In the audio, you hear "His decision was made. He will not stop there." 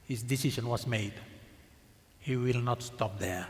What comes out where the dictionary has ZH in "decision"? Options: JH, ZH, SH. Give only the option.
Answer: SH